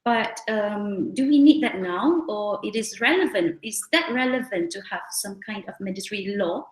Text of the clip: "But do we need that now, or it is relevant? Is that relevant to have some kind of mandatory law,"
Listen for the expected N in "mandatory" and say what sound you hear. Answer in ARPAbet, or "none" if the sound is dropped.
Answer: none